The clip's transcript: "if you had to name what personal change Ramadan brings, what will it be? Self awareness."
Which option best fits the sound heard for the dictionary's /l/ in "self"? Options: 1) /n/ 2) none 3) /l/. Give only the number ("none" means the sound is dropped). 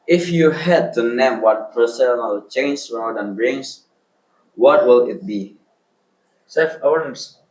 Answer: 2